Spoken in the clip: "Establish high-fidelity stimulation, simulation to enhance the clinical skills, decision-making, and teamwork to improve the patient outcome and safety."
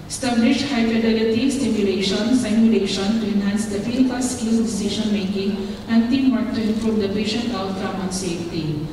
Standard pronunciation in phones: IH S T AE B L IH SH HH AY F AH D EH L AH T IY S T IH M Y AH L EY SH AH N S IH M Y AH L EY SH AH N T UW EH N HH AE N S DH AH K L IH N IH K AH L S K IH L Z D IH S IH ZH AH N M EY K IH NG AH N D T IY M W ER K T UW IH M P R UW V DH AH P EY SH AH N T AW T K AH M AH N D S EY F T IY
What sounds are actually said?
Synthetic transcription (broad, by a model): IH S T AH B L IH SH HH AY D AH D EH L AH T IY S T IH M Y AH L EY SH AH N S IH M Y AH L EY SH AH N T UW EH N HH AE N S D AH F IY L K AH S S K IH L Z D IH S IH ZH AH N M EY K IH NG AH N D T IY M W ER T T UW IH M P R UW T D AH P EY SH AH N T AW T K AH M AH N S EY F T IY